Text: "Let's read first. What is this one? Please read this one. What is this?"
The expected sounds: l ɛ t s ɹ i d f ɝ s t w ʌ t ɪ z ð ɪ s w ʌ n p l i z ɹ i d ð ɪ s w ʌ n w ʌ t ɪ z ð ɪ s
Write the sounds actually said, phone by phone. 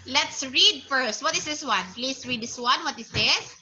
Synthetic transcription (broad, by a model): l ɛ t s ɹ i d f ɝ s t w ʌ t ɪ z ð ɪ s w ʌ n p l i s ɹ i d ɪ s w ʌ n w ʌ t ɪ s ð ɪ s